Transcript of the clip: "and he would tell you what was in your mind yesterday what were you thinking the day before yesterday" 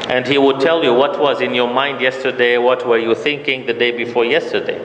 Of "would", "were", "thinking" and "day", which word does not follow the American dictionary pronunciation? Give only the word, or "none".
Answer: none